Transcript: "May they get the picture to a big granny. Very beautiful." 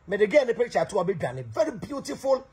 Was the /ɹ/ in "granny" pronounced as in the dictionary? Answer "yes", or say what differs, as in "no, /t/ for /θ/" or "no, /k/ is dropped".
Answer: no, /ɹ/ is dropped